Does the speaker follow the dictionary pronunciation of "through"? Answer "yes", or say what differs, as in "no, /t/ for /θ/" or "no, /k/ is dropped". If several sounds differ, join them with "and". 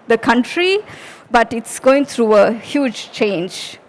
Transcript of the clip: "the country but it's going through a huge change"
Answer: no, /t/ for /θ/